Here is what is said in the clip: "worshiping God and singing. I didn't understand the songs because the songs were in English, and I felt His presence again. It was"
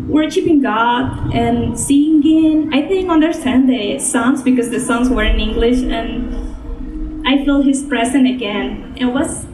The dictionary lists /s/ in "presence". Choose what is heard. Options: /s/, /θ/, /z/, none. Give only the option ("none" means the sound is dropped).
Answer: none